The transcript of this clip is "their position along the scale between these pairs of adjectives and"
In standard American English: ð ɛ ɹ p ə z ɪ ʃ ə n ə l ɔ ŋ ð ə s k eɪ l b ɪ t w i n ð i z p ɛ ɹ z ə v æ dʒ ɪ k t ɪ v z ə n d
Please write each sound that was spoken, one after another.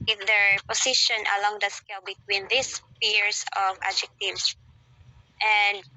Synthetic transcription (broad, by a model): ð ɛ ɹ p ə s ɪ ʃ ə n ə l ɔ ŋ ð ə s k eɪ l b ɪ t w i n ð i s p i ɹ s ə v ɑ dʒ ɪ k t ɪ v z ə n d